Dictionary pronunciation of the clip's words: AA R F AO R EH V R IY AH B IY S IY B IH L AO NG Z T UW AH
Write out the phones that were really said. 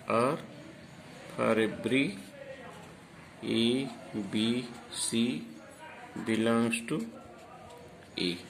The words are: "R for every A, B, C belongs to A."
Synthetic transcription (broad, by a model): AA R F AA R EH B R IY AH B IY S IY B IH L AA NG S T UW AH